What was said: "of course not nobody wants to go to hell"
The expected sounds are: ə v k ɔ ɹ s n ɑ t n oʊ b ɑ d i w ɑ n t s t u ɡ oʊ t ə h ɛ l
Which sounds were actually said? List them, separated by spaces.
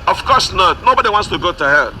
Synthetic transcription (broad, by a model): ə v k ɔ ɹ s n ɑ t n oʊ b ɑ d i w ɑ n t s t u ɡ oʊ t ə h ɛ